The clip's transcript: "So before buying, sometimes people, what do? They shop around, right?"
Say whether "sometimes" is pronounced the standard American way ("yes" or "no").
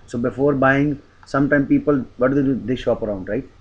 no